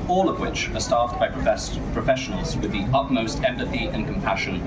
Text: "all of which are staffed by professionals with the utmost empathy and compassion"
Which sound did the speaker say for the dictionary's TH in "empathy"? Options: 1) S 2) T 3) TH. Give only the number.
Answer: 3